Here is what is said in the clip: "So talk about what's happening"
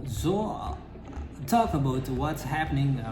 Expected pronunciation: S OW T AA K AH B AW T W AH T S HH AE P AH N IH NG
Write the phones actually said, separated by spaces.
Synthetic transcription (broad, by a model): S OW T AA K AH B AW T W AH T S HH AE P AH N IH NG